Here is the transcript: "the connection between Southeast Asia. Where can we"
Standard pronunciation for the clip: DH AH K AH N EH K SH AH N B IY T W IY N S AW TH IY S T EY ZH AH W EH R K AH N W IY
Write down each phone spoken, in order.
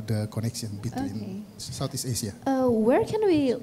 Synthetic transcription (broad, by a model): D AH K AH N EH K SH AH N B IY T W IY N S AW T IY S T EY SH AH W EH R K AH N W IY